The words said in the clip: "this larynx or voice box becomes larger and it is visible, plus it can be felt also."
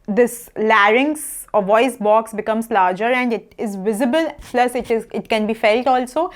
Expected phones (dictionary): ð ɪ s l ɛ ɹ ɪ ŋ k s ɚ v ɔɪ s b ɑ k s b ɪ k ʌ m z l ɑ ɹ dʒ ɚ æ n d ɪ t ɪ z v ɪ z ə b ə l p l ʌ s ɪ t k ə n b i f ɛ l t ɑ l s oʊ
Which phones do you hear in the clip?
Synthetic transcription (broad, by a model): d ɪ s l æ ɹ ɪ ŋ s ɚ v ɔɪ s b ɑ k s b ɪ k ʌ m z l ɑ ɹ dʒ ɚ æ n d ɪ t ɪ z v ɪ z ə b ə l p l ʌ s ɪ t k ə n b i f ɛ l t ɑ l s oʊ